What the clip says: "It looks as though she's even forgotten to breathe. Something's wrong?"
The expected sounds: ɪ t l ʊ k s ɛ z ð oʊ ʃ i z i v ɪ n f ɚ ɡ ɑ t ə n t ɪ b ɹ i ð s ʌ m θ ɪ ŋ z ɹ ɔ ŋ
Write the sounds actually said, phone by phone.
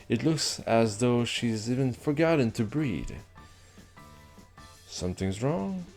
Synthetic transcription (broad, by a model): ɪ t l ʊ k s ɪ z ð oʊ ʃ i z i v ɪ n f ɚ ɡ ɑ t n t ɪ b ɹ i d s ʌ m θ ɪ ŋ z ɹ ɔ ŋ